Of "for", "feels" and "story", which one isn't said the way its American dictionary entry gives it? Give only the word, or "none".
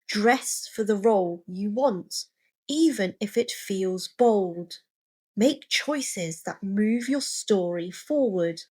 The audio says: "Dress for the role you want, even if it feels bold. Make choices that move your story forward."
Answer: none